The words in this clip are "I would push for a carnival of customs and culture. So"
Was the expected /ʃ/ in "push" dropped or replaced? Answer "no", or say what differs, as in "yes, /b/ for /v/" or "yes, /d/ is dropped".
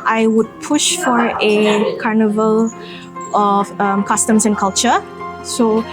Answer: no